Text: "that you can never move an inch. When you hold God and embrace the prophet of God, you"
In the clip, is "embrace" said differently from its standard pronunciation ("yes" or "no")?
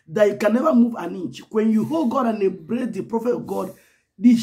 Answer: yes